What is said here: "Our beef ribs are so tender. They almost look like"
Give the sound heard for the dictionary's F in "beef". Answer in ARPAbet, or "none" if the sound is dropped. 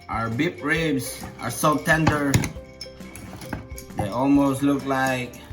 P